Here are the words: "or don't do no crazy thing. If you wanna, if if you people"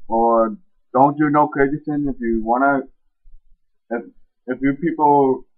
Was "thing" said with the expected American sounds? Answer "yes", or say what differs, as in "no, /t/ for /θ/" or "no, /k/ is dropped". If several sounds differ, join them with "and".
no, /s/ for /θ/